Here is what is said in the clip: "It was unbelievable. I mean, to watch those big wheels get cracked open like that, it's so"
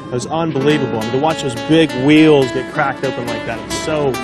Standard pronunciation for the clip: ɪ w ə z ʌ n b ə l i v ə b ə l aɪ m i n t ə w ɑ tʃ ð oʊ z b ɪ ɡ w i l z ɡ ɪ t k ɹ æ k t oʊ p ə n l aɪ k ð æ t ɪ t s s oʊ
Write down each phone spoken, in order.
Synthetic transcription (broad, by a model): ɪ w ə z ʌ n b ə l i v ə b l aɪ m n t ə w ɑ tʃ ð oʊ z b ɪ ɡ w i l z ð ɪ t k ɹ æ k t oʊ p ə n l aɪ k ð æ t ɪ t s s oʊ